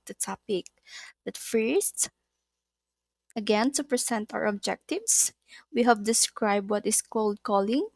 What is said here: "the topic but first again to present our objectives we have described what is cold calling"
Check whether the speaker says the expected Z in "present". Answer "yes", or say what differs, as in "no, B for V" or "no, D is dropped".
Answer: no, S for Z